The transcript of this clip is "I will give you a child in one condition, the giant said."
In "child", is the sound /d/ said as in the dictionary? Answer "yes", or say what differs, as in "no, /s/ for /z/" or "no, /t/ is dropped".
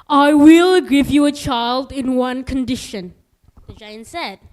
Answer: yes